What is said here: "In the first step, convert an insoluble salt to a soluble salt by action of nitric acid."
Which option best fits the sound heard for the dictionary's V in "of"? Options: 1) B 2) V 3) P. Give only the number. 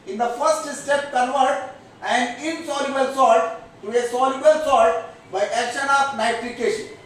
3